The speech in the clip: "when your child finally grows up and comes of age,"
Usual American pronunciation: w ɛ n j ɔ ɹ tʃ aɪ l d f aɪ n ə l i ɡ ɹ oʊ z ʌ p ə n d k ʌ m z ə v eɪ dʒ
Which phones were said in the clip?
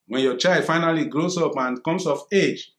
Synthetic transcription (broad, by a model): w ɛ n j ɔ tʃ aɪ l d f aɪ n ə l i ɡ ɹ oʊ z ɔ p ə n k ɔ m s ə f eɪ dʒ